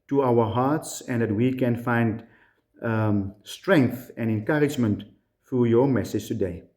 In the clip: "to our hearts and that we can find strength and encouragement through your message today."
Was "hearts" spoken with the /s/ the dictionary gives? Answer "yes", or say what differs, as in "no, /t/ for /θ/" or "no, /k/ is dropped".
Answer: yes